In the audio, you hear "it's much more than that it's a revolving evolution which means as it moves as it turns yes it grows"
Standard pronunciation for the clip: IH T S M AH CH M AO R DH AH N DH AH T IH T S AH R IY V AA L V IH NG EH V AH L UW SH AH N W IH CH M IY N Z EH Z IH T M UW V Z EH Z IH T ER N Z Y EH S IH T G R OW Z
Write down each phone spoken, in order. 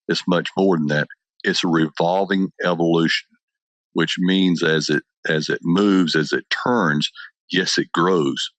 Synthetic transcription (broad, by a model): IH T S M AH CH M AO R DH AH N DH AH T IH T S AH R IY V AA L V IH NG EH V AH L UW SH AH N W IH CH M IY N Z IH Z IH T M UW V Z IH Z IH T ER N Z Y EH S IH T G R OW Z